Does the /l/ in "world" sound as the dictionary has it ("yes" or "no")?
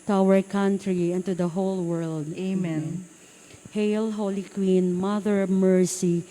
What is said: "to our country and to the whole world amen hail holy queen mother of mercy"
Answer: yes